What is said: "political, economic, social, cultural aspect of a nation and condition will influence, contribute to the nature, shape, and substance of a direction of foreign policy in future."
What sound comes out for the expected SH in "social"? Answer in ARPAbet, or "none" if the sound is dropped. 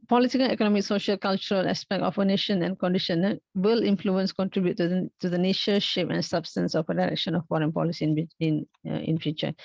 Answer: SH